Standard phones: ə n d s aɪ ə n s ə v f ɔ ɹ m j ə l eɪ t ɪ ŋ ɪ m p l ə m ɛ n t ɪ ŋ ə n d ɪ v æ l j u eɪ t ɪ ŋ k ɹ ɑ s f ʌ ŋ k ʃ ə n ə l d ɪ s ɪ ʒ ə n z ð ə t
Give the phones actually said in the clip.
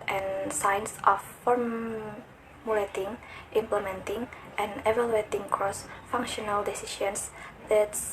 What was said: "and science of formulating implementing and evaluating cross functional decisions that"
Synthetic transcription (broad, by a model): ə n s aɪ n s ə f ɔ ɹ m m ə l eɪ t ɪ ŋ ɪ m p l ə m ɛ n t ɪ ŋ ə n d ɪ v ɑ l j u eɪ t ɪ ŋ k ɹ ɑ s f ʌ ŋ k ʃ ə n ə l d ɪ s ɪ ʃ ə n s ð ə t